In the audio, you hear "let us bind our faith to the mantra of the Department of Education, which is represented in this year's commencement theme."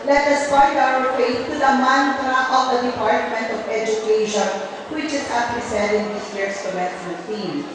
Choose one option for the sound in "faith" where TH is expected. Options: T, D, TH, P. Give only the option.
T